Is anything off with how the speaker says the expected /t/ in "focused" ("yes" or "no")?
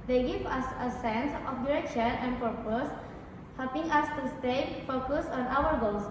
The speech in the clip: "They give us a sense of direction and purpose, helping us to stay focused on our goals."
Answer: yes